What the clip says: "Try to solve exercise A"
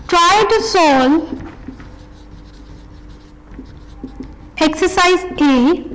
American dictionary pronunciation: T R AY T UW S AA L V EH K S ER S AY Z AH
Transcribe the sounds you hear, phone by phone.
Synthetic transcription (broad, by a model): T R AY T UW S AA L EH K S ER S AY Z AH